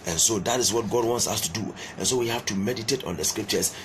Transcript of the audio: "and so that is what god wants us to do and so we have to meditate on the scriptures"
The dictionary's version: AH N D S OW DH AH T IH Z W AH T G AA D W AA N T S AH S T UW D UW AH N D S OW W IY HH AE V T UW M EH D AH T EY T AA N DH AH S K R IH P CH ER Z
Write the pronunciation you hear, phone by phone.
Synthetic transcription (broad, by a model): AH N S OW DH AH T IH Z W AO T G AA D W AA N T S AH S T UW D UW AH N S OW W IY HH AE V T UW M EH D AH T EY T AA N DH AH S K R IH P CH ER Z